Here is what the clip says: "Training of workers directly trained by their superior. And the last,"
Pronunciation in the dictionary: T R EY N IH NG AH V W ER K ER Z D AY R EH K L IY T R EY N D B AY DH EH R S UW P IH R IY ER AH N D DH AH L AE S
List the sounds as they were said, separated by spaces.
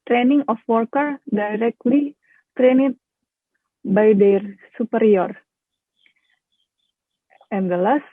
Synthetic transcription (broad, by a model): T R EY N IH NG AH F W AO K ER D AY R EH K L IY T R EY N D B AY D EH R S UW P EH R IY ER AH N D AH L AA S